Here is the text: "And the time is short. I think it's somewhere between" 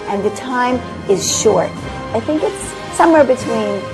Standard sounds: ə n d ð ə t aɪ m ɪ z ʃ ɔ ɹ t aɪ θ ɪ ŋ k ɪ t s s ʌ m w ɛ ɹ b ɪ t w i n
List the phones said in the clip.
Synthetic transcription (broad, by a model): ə n ð ə t aɪ m ɪ z ʃ ɔ ɹ t aɪ θ ɪ ŋ k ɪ t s s ʌ m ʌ ɹ b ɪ t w i n